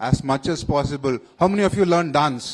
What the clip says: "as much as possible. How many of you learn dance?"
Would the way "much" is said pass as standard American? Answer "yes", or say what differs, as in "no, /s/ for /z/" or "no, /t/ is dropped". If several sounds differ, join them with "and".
yes